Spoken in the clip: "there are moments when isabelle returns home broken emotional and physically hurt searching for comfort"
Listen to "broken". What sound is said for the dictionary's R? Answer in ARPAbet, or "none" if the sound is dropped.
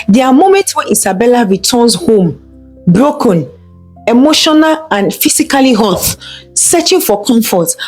R